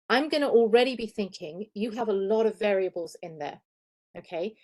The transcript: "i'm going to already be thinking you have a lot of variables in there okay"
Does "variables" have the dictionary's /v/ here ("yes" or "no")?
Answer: yes